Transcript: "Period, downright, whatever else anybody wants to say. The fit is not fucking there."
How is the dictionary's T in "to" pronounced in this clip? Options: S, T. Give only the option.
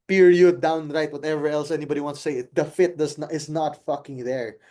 S